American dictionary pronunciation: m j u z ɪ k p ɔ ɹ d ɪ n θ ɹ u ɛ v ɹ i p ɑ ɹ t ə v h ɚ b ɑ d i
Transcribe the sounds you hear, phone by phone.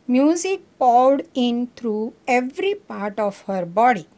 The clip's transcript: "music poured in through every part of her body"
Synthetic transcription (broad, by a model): m j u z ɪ k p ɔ w d ɪ n t ɹ u ɛ v ɹ i p ɑ ɹ t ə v h ɚ b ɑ d i